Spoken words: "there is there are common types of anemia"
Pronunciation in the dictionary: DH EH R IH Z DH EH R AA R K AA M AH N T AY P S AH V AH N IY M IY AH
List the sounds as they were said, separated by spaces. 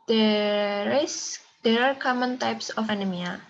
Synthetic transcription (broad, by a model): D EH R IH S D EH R AA R K AA M AH N T AY P S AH F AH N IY M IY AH